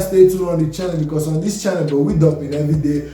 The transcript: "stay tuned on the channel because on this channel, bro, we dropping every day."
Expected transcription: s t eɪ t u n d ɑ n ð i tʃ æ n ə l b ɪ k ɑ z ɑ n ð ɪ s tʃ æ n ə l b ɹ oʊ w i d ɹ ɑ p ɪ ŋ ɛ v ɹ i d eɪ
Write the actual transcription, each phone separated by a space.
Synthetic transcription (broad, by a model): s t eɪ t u d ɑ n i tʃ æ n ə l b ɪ k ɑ s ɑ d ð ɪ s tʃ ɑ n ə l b oʊ w i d ɑ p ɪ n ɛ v i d eɪ